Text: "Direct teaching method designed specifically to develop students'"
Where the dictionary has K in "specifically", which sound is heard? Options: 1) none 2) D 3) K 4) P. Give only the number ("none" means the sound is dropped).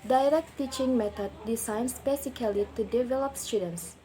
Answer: 1